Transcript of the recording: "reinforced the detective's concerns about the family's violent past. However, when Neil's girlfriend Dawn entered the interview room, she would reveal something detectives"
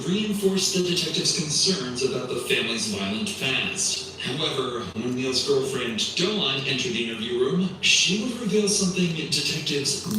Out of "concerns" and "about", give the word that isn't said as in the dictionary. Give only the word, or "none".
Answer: none